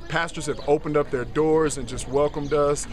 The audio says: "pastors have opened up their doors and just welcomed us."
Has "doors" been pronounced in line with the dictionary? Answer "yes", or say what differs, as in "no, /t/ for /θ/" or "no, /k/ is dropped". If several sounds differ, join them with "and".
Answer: yes